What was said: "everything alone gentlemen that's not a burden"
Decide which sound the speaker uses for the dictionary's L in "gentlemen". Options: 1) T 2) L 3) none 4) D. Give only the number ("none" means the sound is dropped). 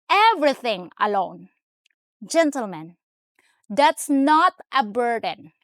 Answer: 2